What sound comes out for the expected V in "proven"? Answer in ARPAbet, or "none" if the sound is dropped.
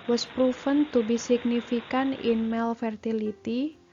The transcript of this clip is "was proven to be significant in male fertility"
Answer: F